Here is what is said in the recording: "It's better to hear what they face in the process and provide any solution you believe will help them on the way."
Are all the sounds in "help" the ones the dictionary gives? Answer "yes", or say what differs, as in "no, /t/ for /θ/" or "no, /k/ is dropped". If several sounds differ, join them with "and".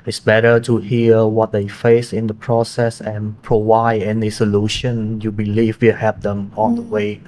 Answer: no, /l/ is dropped